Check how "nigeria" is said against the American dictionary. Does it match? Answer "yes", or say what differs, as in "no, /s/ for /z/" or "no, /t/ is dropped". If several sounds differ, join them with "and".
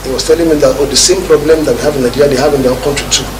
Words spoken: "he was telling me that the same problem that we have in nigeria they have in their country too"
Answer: no, /dʒ/ is dropped